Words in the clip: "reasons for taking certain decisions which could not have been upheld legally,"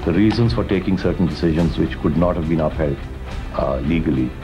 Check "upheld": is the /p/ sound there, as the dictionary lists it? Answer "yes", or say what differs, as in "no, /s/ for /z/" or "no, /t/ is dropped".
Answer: yes